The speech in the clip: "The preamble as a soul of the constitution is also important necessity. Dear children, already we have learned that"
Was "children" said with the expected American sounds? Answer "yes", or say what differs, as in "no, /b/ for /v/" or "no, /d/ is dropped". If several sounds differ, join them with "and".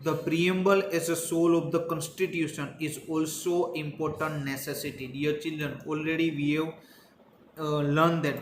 yes